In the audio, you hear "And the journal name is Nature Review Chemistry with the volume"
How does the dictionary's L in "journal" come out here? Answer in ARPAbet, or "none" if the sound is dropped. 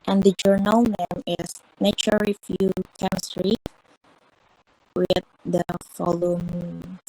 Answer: L